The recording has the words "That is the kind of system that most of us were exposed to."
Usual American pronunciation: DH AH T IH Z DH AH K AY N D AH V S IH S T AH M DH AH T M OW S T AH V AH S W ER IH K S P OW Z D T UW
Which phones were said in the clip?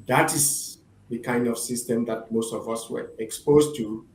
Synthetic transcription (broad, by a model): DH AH T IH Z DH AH K AY N D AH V S IH S T AH M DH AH T M OW S T AH V AH S W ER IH K S P OW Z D T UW